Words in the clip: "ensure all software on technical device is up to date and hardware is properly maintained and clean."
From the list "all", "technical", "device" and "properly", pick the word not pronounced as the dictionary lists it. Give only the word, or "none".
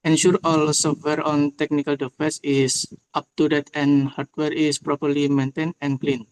device